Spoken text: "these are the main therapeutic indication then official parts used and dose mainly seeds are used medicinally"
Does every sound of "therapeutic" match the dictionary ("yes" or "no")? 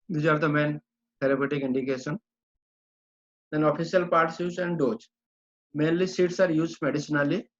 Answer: no